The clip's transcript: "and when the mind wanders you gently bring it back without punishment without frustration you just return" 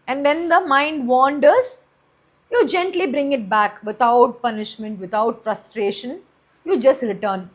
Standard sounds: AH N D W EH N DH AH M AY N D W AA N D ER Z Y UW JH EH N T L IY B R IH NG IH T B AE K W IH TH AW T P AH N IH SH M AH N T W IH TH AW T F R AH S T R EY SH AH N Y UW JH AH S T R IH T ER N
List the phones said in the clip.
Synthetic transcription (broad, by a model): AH N D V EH N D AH M AY N D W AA N D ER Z Y UW JH EH N T L IY B R IH NG IH T B AE K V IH T AW T P AH N IH SH M AH N T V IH T AW T F R AH S T R EY SH AH N Y UW JH AH S T R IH T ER N